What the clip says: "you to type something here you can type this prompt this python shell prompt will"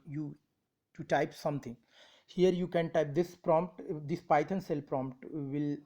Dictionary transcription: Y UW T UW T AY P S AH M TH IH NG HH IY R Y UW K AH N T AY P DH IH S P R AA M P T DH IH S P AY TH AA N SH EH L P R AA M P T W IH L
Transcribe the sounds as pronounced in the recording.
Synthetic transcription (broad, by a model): Y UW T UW T AY P S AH M T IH NG HH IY R Y UW K AH N T AY P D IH S P R AA M P T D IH S P AY T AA N S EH L P R AA M P T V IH L